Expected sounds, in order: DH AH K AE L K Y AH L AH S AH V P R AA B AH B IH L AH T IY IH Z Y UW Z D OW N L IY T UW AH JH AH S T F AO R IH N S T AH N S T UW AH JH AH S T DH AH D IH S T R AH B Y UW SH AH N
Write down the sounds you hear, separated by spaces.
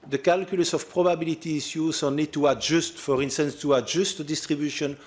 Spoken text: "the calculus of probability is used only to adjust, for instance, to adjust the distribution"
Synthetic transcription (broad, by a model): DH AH K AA L K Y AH L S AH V P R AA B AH B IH L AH T IY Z Y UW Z OW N IY T UW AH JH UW S T F AO R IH N S T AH N S T UW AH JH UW S T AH D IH S T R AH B Y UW SH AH N